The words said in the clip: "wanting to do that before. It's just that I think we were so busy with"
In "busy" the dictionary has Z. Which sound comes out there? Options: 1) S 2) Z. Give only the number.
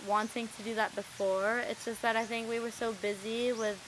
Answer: 2